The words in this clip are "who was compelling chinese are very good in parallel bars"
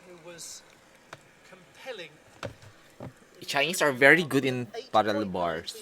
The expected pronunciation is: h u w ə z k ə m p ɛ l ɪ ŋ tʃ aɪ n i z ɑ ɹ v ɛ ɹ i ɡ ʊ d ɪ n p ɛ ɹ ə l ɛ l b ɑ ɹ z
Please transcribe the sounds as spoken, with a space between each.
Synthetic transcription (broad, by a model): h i w ə z k ə m p ɛ l ɪ ŋ tʃ aɪ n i s ɑ ɹ v ɛ ɹ i ɡ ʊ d ɪ n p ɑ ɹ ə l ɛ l b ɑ ɹ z